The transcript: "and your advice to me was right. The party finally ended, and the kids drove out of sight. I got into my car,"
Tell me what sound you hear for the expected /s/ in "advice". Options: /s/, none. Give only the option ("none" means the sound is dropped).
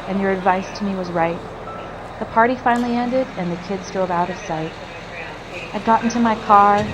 /s/